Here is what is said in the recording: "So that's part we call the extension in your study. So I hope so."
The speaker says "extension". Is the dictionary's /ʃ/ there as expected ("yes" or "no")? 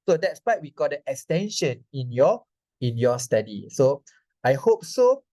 yes